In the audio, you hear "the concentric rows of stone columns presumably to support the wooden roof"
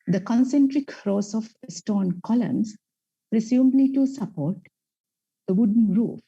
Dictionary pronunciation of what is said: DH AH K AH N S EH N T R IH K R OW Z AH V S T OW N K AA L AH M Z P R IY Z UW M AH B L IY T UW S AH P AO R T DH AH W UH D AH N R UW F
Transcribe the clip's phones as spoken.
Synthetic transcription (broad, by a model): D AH K AH N S EH N T R IH K R OW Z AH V S T OW N K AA L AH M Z P R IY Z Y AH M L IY T UW S AH P AO R T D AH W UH D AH N R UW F